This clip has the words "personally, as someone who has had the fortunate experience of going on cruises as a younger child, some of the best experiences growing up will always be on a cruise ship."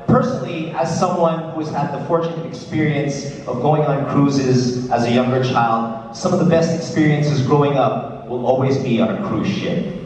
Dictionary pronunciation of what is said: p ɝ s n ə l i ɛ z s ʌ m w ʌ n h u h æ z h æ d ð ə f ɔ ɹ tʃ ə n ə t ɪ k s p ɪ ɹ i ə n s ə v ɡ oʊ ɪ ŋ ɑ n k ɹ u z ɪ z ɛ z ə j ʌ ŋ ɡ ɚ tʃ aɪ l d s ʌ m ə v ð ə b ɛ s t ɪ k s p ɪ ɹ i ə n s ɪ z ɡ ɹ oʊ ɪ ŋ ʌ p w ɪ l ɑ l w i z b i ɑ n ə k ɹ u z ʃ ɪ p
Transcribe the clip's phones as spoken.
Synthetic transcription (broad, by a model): p ɝ s n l i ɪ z s ʌ m w ʌ n h u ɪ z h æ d ð ə f ɔ ɹ tʃ ə n ə t ɪ k s p ɪ ɹ i ə n s ə v ɡ oʊ ɪ ŋ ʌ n k ɹ u z ɪ z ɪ z ə j ʌ ŋ ɡ ɚ tʃ aɪ l d s ʌ m ə v ð ə b ɛ s t ɪ k s p ɪ ɹ i ə n s ɪ z ɡ ɹ oʊ ɪ ŋ ʌ p w ɪ l ɑ l w i z b i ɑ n ə k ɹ u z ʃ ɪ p